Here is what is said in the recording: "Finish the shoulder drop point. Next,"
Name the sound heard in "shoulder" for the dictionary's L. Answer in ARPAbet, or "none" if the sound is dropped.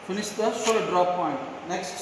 none